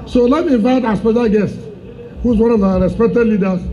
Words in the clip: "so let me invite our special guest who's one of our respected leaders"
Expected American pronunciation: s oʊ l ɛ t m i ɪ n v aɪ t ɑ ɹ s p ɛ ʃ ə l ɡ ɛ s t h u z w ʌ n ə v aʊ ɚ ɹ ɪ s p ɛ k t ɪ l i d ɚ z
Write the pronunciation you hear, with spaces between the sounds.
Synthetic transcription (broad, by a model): s oʊ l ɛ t m i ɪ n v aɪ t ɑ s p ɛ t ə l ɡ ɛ s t h u z w ʌ n ə v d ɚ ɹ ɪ s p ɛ t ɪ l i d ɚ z